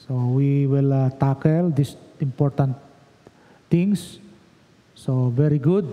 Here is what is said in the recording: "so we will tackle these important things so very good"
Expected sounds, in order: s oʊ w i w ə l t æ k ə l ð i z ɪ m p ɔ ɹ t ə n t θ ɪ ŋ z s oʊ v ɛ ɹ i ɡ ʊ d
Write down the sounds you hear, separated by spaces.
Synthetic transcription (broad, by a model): s oʊ w i w ə l t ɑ k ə l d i s ɪ m p ɔ ɹ t ə n t t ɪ ŋ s s oʊ v ɛ ɹ i ɡ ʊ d